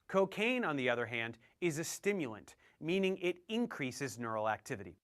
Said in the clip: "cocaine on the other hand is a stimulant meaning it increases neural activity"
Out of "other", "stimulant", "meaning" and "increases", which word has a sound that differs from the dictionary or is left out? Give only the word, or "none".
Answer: none